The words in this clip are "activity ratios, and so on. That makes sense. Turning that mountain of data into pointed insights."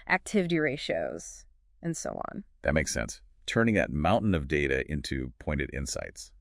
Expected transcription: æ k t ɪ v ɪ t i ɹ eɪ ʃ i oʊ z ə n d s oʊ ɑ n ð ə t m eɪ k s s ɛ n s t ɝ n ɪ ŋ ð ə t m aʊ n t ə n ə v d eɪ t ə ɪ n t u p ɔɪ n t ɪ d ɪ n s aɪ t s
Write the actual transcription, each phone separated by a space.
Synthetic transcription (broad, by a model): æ k t ɪ v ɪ t i ɹ eɪ ʃ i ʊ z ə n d s oʊ ɑ n ð ə t m eɪ k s s ɛ n s t ɝ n ɪ ŋ ð ə t m aʊ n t n ə v d eɪ t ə ɪ n t u p ɔɪ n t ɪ d ɪ n s aɪ t s